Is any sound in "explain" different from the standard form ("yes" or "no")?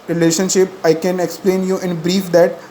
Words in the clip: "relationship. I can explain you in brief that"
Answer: no